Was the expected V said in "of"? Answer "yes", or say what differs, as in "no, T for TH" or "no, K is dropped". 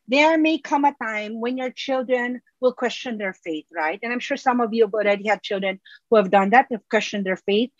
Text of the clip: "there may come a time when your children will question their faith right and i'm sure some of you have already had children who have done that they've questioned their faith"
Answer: yes